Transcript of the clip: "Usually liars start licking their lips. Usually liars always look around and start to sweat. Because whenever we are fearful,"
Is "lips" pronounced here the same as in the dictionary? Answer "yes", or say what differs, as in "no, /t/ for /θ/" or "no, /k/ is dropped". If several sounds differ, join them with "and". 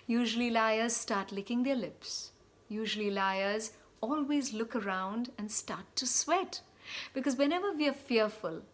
yes